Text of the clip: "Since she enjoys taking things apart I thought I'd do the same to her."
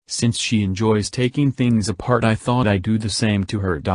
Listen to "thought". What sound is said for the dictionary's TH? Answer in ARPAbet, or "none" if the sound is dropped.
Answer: TH